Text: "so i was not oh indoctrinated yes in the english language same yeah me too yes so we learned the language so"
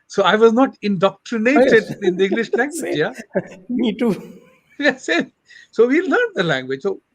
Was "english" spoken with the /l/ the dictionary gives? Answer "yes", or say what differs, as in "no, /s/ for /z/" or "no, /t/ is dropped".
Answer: yes